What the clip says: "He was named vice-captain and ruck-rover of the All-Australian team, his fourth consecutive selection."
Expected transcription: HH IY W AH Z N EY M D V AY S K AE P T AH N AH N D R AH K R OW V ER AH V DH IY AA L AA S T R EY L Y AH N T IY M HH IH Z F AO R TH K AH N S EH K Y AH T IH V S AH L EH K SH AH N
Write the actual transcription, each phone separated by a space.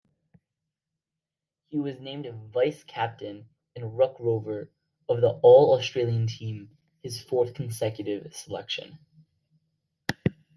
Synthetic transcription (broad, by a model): HH IY W AH Z N EY M D V AY S K AE P T AH N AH N R AH K R OW V ER AH V DH IY AA L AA S T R EY L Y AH N T IY M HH IH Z F AO R TH K N S EH K Y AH T IH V S AH L EH K SH AH N